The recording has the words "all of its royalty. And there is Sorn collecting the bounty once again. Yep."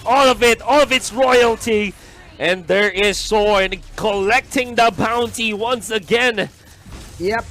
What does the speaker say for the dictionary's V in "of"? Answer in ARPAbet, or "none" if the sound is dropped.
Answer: V